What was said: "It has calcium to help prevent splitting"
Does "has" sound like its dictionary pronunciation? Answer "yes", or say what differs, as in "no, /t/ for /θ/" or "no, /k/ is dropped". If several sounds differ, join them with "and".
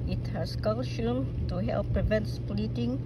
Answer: no, /s/ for /z/